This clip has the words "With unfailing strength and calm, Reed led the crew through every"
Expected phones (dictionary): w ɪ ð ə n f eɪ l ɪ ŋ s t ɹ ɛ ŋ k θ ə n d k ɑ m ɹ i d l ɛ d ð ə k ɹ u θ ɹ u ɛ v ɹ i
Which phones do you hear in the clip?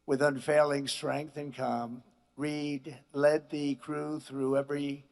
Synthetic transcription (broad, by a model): w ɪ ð ə n f eɪ l ɪ ŋ s t ɹ ɛ ŋ k θ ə n k ɑ m ɹ i d l ɛ d ð ə k ɹ u θ ɹ u ɛ v ɹ i